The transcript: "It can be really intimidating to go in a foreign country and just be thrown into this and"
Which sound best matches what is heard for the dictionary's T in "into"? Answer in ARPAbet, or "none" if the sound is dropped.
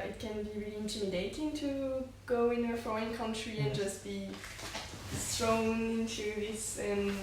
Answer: S